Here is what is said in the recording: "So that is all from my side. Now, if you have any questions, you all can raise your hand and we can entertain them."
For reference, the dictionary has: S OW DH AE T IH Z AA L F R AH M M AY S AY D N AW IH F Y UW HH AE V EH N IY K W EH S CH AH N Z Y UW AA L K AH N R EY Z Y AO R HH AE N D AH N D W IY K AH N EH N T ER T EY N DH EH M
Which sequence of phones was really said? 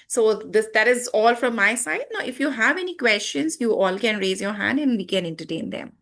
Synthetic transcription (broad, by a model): S OW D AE T IH Z AA L F R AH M M AY S AY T N AW IH F Y UW HH AE V EH N IY K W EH S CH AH N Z Y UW AA L K AH N R EY Z Y AO R HH AE N D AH N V IY K AH N EH N T ER T EY N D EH M